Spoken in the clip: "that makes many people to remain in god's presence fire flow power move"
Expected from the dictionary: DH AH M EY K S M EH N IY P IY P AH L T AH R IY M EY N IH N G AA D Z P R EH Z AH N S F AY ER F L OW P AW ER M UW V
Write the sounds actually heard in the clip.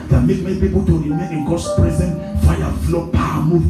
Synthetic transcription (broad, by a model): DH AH M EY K M EH N IY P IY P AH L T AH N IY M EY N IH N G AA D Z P R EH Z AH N F AY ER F L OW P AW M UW